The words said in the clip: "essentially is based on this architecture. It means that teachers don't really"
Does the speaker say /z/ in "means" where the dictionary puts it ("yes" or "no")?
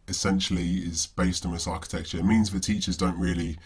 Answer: yes